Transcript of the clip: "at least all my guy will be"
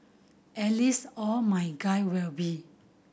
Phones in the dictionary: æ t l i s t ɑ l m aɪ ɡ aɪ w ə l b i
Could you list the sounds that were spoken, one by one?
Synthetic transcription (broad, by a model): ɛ l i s ɑ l m aɪ ɡ aɪ w ə l b i